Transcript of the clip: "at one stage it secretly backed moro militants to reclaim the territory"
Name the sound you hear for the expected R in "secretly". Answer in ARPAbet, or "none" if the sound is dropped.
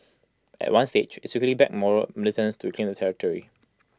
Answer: none